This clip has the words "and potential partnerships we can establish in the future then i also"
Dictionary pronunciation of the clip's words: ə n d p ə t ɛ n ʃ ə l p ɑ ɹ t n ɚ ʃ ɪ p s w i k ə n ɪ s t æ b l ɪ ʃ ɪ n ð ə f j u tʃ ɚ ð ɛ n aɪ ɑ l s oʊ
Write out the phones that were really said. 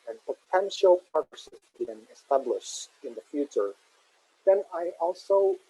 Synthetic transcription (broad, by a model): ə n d p ə t ɛ n ʃ ə l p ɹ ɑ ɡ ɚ s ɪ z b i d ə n ɪ s t æ b l ɪ ʃ ɪ n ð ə f j u tʃ ɚ ð ɛ n aɪ ɑ l s oʊ